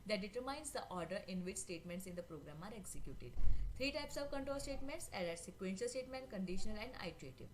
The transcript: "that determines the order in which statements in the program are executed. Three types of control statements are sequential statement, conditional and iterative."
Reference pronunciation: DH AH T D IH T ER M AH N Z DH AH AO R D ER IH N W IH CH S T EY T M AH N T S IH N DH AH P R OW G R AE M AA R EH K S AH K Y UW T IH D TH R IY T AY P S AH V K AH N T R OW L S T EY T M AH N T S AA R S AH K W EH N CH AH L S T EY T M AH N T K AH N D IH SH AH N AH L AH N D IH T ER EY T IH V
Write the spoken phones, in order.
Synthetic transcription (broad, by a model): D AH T D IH T ER M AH N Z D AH AO R D ER IH N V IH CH S T EY T M AH N T S IH N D AH P R OW G R AE M AA R EH K S AH K Y UW T IH D T R IY T AY P S AH V K AH N T R OW L S T EY T M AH N T S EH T S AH K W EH N SH AH L S T EY T M AH N T K AH N D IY SH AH N AH L AH N D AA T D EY T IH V